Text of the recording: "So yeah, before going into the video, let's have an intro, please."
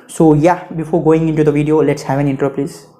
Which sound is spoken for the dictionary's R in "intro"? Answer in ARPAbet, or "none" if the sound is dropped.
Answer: none